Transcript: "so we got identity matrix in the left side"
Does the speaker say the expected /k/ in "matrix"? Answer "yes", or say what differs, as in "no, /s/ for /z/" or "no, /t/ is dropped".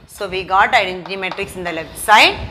yes